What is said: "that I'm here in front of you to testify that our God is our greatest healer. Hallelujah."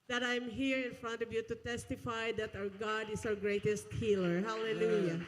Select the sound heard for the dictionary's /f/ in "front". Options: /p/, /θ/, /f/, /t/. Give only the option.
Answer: /f/